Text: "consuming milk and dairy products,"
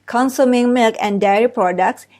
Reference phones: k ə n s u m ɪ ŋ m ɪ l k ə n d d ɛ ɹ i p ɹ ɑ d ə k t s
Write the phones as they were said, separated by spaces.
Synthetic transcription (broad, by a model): k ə n s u m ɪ ŋ m ɪ l k ə n d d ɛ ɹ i p ɹ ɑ d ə k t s